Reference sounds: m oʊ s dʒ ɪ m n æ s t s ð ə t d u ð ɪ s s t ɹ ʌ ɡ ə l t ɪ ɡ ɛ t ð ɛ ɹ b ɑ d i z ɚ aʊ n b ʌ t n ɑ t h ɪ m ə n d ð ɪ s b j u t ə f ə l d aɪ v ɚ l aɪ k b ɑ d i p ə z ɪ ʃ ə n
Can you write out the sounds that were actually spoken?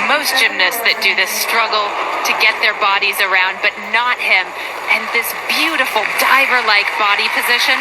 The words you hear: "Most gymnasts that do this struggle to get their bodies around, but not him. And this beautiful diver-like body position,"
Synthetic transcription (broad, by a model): m oʊ s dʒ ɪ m n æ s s ð ə t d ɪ ð ɪ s s t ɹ ʌ ɡ l t ɪ ɡ ɛ t ð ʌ ɹ b ɑ d i z ɚ aʊ n b ʌ t n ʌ t h ɪ m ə n ð ɪ s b j u t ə f l d aɪ v ɚ l aɪ k b ɑ d i p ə z ɪ ʃ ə n